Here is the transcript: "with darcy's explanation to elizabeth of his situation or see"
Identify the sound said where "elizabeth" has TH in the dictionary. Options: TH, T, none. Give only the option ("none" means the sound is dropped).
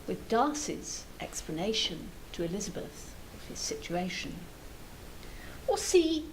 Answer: TH